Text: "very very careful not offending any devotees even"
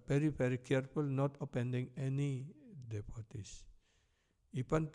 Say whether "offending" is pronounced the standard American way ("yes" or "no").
no